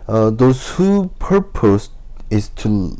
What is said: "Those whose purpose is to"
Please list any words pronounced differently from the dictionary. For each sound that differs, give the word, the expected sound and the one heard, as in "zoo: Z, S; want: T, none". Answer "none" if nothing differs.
whose: Z, none